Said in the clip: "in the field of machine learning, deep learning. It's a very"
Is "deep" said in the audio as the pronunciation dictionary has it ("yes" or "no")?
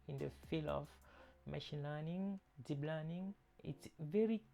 no